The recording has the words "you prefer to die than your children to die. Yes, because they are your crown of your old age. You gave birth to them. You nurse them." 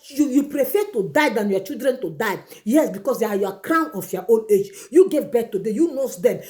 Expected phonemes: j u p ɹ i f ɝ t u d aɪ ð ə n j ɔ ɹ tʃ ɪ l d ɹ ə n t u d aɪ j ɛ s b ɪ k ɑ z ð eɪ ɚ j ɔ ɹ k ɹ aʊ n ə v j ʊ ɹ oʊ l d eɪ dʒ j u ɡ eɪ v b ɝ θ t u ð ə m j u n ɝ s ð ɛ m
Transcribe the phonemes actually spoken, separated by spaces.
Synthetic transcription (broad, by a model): j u p ɹ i f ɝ t u d aɪ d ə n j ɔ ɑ tʃ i l d ɹ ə n t u d aɪ j ɛ s b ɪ k ɑ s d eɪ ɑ j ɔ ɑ k ɹ aʊ n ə f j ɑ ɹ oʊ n eɪ dʒ j u ɡ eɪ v b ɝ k t u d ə j u n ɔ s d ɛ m